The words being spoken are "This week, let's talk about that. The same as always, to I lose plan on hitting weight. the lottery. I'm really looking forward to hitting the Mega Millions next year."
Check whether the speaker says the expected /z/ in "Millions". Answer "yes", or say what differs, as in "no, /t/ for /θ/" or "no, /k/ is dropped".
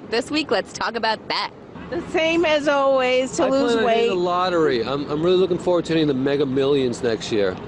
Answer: yes